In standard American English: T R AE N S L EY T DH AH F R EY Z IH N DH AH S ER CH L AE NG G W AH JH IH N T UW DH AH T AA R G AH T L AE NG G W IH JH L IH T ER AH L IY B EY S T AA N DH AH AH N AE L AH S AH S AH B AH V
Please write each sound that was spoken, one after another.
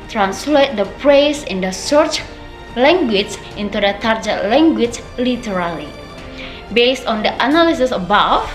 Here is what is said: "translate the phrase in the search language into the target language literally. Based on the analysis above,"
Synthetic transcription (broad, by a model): T R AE N S L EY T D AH P R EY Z IH N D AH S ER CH L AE NG G W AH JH IH N T UW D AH T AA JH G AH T L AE NG G W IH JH L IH T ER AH L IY B EY S T AA N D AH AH N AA L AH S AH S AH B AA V